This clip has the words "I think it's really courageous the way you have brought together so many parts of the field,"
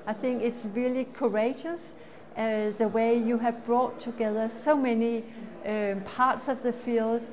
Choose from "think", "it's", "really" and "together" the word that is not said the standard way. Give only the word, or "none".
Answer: none